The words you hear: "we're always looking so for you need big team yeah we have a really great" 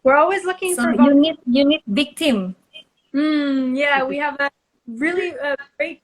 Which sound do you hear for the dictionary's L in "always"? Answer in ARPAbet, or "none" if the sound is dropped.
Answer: L